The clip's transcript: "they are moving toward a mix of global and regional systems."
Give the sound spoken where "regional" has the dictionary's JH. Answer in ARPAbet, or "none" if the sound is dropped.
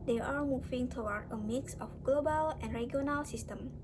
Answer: none